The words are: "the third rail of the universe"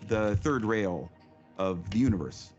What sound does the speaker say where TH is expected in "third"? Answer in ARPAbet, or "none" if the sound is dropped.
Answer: TH